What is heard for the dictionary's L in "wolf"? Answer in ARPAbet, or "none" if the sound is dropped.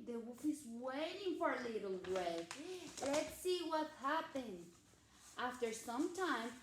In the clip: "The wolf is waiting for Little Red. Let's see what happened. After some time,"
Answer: none